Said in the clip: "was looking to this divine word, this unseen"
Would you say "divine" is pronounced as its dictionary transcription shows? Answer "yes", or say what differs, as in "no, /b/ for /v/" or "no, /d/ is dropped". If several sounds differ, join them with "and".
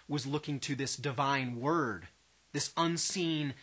yes